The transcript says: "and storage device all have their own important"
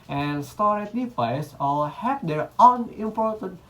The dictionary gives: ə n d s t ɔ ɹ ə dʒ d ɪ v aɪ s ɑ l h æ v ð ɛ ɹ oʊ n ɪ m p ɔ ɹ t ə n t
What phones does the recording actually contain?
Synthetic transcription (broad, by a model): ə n s t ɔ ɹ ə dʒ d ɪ p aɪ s ɑ l h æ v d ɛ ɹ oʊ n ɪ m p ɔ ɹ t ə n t